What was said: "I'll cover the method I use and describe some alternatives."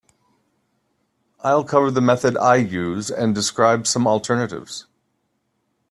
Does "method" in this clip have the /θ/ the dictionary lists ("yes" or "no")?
yes